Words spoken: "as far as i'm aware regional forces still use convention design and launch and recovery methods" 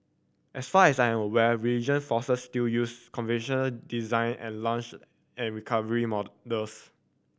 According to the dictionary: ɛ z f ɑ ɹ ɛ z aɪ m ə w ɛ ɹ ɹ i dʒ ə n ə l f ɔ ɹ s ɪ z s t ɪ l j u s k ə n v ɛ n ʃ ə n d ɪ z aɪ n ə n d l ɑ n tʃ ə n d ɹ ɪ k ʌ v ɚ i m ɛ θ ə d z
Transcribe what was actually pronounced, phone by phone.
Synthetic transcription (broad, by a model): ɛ s f ɑ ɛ s aɪ m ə w ɛ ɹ ɹ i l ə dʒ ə n f ɔ s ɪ s t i l j u s k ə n v ɛ n ʃ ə n d ɪ z aɪ n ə n l ɑ n tʃ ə n ɹ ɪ k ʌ v ɚ i m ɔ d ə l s